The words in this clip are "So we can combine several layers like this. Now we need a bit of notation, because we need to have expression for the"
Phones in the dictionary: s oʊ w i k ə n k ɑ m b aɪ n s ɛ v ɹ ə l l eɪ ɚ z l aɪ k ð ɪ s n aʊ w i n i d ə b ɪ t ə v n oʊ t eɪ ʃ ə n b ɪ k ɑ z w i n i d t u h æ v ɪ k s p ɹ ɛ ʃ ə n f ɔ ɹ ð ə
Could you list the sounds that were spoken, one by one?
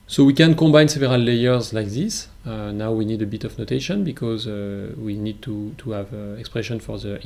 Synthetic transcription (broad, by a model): s oʊ w i k ə n k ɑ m b aɪ n s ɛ v ɹ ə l l eɪ ɚ z l aɪ k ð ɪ s n aʊ w i n i d ə b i t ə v n oʊ t eɪ ʃ ə n b ɪ k ɑ z w i n i d t u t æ v ɪ k s p ɹ ɛ ʃ ə n f ɔ ɹ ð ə